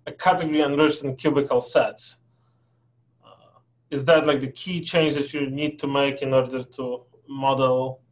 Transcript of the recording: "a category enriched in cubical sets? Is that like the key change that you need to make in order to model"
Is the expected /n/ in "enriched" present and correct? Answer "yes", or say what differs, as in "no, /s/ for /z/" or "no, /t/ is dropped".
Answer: yes